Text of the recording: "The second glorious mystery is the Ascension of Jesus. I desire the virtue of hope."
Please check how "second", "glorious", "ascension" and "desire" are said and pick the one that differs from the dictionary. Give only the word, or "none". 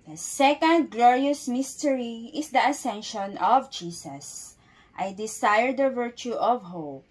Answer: desire